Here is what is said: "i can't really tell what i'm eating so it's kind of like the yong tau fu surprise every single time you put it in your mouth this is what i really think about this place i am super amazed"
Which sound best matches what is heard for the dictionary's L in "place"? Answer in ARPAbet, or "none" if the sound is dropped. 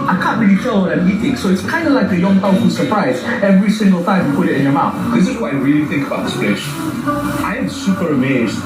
none